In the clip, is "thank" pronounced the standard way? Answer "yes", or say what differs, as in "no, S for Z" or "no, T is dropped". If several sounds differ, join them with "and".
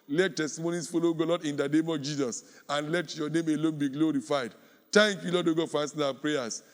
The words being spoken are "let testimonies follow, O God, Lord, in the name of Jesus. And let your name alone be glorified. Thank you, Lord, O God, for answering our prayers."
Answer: no, T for TH